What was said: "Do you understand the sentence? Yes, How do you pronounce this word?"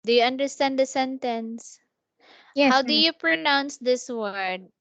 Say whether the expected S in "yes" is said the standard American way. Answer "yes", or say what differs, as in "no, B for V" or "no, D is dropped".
no, S is dropped